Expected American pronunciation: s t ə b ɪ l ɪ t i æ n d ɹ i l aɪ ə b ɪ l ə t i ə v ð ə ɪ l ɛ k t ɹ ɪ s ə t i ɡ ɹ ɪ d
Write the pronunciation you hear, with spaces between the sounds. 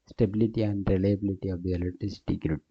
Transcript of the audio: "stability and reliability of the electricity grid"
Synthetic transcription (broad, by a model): s t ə b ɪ l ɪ t i æ n d ɹ i l aɪ ə b ɪ l ə t i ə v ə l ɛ t ɪ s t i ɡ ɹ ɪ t